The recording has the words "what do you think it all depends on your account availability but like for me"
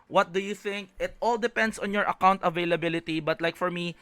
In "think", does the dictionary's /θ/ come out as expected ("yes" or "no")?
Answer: yes